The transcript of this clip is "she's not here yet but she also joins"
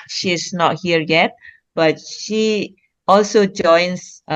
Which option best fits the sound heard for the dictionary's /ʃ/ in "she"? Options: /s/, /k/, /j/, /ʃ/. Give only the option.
/ʃ/